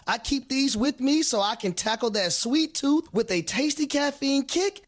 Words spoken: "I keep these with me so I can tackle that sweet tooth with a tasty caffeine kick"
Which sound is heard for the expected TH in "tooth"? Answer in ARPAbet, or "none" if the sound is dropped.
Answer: TH